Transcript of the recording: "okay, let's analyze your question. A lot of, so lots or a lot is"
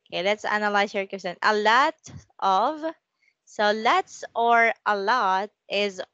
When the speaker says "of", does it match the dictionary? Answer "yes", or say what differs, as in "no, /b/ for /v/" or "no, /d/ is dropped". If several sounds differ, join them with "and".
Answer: yes